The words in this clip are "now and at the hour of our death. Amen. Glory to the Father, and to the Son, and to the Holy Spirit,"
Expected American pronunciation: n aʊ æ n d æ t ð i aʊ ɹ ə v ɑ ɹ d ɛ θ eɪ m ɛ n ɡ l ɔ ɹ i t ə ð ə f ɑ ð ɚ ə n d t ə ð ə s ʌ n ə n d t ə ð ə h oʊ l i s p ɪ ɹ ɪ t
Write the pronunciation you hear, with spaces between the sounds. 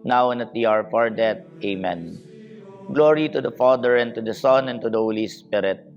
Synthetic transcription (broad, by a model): n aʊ n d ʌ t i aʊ ɹ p ɑ ɹ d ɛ t eɪ m ɛ n ɡ l ɔ ɹ i t ə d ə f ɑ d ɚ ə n t ə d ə s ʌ n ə n t ə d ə h oʊ l i s p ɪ ɹ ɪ t